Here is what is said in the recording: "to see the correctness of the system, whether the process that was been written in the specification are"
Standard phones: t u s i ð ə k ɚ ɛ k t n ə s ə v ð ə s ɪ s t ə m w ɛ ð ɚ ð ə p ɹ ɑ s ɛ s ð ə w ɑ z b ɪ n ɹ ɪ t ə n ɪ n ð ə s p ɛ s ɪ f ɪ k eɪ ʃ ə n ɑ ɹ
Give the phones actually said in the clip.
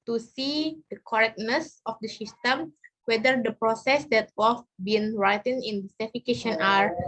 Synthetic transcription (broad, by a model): t u s i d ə k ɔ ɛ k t n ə s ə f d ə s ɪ s t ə m w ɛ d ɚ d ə p ɹ ɑ s ɛ s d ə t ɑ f b ɪ n ɹ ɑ t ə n ɪ n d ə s ɛ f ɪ k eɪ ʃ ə n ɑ ɹ